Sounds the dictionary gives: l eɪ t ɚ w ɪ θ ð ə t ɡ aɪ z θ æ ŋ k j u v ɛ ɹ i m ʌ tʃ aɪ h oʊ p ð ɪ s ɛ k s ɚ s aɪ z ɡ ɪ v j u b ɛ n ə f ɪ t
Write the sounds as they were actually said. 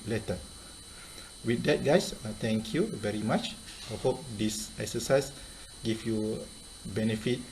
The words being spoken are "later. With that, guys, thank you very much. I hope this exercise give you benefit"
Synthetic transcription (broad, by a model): l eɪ t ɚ w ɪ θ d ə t ɡ aɪ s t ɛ ŋ k j u v ɛ ɹ i m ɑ tʃ aɪ h oʊ p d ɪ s ɛ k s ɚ s aɪ s ɡ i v j u b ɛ n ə f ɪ t